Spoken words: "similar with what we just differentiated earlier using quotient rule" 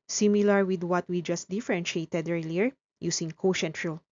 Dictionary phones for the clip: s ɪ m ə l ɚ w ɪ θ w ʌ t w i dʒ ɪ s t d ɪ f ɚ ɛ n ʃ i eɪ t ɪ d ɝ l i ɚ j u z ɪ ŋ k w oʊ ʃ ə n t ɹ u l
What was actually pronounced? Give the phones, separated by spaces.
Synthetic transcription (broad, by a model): s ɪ m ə l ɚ w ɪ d w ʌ t w i dʒ ɪ s t d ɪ f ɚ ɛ n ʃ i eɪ t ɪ d ɝ l i ɚ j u s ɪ ŋ k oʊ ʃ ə n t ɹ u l